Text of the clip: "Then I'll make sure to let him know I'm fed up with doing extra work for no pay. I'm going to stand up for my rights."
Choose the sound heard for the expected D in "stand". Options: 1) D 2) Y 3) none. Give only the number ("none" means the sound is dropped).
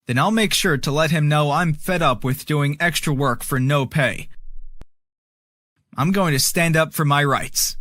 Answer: 1